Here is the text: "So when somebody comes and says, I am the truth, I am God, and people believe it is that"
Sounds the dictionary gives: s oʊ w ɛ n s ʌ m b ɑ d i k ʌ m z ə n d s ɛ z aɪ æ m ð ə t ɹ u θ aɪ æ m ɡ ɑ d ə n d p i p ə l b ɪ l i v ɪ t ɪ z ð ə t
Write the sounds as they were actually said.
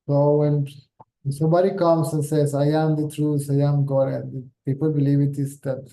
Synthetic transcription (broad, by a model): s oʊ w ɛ n s ʌ m b ɑ d i k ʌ m s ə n s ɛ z aɪ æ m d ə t ɹ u s aɪ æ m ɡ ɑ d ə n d p i p ə l b ɪ l i v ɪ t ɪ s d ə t